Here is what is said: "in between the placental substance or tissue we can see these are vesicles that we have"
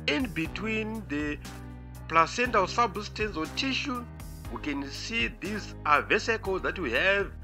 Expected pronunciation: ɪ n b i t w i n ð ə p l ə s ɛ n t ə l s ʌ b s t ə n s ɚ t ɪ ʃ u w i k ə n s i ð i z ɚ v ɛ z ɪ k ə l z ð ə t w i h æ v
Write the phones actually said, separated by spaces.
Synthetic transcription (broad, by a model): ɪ n b i t w i n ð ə p l ə s ɛ n t ə l s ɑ b s t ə n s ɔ t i ʃ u w i k ə n s i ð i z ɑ v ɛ s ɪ k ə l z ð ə t w i h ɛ v